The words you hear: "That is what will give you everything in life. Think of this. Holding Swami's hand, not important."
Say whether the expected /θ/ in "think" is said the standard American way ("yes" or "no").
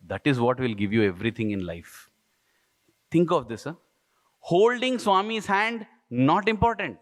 no